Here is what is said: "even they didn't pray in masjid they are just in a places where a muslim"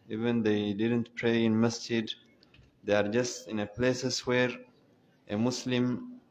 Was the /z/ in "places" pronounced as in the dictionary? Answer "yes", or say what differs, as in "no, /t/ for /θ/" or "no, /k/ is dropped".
no, /s/ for /z/